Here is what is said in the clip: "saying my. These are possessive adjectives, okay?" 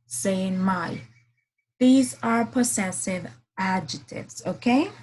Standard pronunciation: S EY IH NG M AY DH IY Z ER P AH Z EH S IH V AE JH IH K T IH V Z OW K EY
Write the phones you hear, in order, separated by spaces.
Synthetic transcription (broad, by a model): S EY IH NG M AY DH IY Z ER P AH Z EH S IH V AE JH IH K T IH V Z OW K EY